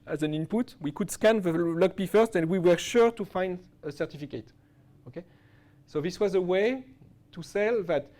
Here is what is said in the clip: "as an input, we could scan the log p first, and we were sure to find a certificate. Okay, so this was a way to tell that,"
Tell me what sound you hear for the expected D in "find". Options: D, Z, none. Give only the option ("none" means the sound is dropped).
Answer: D